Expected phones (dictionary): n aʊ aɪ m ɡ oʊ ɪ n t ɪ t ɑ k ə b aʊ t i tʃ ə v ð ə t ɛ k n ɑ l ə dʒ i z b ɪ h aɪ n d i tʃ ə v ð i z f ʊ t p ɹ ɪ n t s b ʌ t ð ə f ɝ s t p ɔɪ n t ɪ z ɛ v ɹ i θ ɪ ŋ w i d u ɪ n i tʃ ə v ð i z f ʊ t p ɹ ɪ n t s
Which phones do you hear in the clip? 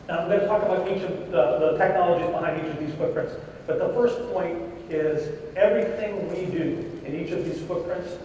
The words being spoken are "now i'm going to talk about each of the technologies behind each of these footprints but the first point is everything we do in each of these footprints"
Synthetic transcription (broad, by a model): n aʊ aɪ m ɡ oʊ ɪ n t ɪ t ɑ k ə b aʊ t i tʃ ə v ð ə t ɛ k n ɑ l ə dʒ i z b ɪ h aɪ n d i tʃ ə v ð i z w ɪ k p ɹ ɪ n t s b ʌ t ð ə f ɝ s p ɔɪ n t ɪ z ɛ v ɹ i θ ɪ ŋ w i d u ɪ n i tʃ ə v ð i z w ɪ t p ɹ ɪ n t s